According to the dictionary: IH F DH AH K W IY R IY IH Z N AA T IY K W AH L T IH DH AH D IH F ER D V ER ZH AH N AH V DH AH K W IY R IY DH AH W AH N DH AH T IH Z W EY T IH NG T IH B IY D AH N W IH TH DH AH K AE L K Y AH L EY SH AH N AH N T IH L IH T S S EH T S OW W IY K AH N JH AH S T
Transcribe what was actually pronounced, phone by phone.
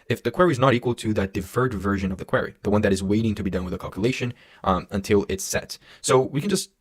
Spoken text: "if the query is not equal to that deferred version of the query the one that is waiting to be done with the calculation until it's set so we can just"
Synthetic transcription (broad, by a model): IH F DH AH K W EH R IY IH Z N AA T IY K W AH L T IH DH AH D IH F ER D V ER ZH AH N AH V DH AH K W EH R IY DH AH W AH N DH AH T IH Z W EY T IH NG T IH B IY D AH N W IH DH AH K AE L K Y AH L EY SH AH N AH N T IH L IH T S S EH T S OW W IY K AH N JH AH S T